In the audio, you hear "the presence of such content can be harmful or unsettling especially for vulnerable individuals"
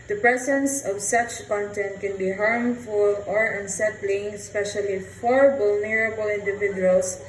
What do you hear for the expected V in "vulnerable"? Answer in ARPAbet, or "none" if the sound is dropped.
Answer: B